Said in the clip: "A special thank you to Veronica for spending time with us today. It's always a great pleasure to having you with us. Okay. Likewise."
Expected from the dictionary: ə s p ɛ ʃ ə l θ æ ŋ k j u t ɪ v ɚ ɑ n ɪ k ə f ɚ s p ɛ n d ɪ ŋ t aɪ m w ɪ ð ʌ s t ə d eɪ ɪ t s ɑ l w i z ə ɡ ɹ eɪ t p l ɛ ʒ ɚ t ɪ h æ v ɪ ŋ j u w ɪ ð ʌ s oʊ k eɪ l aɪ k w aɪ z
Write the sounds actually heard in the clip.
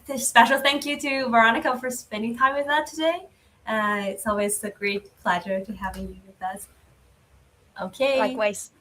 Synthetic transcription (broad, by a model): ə s p ɛ ʃ l θ æ ŋ k j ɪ t ɪ v ɚ ɑ n ɪ k ə f ɚ s p ɛ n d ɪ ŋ t aɪ m w ɪ ð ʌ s t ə d eɪ ɪ t s ɑ l w i z ə ɡ ɹ eɪ t p l ɛ ʒ ɚ t ɪ h æ v ɪ ŋ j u w ɪ ð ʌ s oʊ k eɪ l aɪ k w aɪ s